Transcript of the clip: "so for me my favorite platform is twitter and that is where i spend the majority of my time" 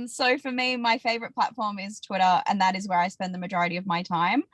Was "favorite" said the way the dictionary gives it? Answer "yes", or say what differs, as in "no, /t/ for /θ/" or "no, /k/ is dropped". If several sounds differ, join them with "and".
yes